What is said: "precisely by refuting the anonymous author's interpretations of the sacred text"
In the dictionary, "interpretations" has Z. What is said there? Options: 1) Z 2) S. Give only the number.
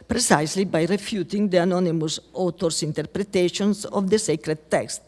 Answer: 2